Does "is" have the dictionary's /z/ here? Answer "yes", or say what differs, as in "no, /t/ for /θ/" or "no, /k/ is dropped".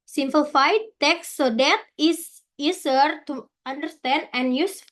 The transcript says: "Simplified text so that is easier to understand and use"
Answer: no, /s/ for /z/